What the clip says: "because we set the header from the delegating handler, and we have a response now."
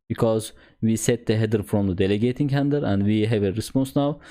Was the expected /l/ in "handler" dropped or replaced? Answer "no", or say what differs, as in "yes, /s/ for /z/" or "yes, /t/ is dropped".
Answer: yes, /l/ is dropped